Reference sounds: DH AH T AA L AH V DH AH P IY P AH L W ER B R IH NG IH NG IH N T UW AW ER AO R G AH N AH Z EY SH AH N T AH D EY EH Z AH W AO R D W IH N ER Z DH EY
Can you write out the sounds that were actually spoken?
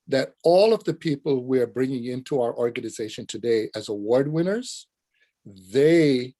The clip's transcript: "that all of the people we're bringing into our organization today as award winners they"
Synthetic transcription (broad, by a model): DH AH T AA L AH V DH AH P IY P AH L W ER B R IH NG IH NG IH N T UW AW ER AO R G AH N AH Z EY SH AH N T AH D EY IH Z AH W AO R D W IH N ER Z DH EY